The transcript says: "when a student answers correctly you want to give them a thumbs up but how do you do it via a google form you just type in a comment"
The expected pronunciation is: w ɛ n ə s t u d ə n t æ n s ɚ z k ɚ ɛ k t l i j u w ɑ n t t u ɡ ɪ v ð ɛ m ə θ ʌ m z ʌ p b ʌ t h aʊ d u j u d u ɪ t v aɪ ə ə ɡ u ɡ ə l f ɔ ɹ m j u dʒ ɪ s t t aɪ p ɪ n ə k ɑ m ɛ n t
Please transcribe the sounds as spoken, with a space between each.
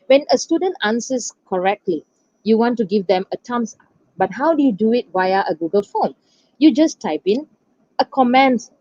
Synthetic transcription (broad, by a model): w ɛ n ə s t u d ə n t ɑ n s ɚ s k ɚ ɛ k t l i j u w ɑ n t t u ɡ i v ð ɛ m ə t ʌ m s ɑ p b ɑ t h aʊ d u j u d u ɪ t w aɪ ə ə ɡ u ɡ ə l f ɔ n j u dʒ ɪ s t t aɪ p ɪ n ə k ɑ m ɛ n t